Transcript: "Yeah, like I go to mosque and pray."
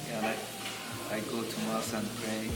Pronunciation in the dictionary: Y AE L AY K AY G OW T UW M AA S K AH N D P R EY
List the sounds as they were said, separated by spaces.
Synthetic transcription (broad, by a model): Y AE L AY AY G OW T UW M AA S AH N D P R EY